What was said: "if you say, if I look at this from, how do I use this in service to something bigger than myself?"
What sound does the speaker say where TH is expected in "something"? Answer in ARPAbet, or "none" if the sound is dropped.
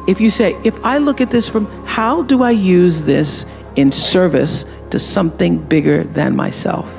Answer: TH